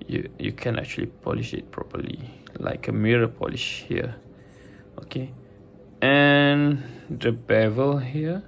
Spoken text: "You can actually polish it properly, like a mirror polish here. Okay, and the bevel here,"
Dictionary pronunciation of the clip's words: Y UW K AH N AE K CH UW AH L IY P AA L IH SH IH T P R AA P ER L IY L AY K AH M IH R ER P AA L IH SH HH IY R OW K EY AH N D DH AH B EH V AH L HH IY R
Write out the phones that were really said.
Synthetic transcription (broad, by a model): Y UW K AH N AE K CH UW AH L IY P AA L IH SH IH T P R AA P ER L IY L AY K AH M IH R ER P AA L IH SH HH IY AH OW K EY AH N D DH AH B EH V AH L HH IY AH